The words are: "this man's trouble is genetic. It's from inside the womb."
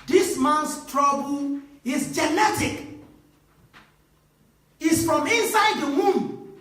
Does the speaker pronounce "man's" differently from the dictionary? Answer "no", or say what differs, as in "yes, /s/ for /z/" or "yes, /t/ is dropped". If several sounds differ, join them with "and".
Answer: yes, /s/ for /z/